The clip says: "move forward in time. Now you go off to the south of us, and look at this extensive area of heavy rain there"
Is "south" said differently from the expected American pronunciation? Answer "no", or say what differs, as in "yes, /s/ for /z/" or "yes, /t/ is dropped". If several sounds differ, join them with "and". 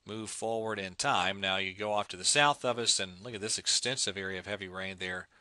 no